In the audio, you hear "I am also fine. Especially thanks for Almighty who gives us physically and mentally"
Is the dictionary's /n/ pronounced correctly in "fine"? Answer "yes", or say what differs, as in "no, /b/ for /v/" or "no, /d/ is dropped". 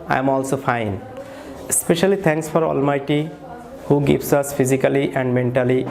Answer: yes